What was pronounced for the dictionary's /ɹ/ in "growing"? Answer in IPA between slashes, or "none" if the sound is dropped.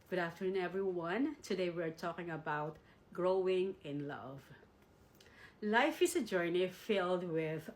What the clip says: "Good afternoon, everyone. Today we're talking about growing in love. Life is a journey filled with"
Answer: /ɹ/